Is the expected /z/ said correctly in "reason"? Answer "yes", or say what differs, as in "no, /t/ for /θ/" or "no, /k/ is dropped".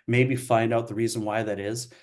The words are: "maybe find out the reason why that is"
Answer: yes